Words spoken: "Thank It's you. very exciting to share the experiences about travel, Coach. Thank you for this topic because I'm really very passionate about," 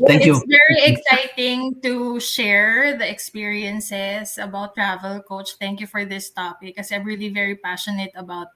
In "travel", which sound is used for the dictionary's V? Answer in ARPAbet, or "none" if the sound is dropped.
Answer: V